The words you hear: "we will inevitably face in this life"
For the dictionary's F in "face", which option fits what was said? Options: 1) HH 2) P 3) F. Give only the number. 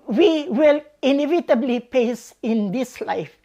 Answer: 2